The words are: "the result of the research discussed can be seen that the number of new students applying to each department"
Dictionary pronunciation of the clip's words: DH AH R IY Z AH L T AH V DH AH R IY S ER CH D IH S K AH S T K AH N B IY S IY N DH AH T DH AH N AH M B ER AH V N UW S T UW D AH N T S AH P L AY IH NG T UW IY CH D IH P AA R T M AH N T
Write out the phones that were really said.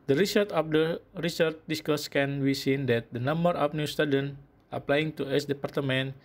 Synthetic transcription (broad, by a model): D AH R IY S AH T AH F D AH R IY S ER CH D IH S K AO S K AH N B IY S IY N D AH T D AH N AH M B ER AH F N UW S T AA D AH N T AH P L AY IH NG T UW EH S D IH P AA R T M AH N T